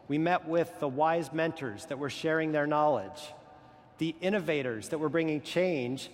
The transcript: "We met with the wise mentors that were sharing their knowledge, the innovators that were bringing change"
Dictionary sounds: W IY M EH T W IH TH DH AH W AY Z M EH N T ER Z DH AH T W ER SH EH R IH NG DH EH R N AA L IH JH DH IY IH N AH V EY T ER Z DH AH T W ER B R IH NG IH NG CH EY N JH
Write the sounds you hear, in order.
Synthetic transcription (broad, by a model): W IY M EH T W IH DH AH W AY Z M EH N T ER Z DH AH T W ER SH EH R IH NG DH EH R N AA L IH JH DH IY IH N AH V EY T ER Z DH AH T W ER B R IH NG IH NG CH EY N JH